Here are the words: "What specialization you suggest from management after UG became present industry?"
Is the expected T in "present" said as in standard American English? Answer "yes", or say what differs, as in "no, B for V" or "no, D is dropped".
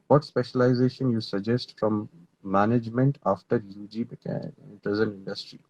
no, T is dropped